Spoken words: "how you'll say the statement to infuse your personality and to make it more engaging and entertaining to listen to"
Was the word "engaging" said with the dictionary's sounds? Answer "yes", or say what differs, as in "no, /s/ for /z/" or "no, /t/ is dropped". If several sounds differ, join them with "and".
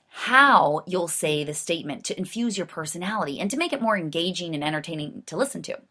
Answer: yes